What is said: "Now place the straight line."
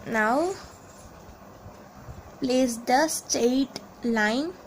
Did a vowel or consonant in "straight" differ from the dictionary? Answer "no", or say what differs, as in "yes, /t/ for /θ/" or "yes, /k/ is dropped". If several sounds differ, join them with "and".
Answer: yes, /ɹ/ is dropped